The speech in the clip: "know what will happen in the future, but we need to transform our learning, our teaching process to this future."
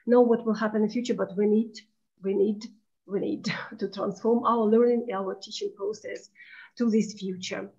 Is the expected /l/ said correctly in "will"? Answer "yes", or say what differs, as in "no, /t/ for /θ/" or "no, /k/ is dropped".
yes